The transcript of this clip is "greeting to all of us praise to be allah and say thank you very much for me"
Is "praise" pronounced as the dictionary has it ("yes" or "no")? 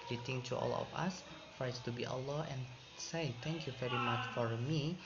no